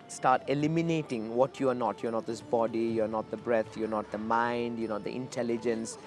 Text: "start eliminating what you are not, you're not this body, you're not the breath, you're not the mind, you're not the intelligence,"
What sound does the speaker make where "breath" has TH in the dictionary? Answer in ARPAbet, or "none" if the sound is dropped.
T